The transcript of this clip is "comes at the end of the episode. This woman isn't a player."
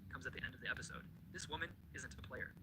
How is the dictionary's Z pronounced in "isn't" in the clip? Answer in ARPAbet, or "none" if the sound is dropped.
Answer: Z